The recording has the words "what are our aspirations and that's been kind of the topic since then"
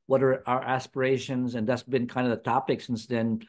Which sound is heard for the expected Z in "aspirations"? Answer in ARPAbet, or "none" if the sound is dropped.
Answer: Z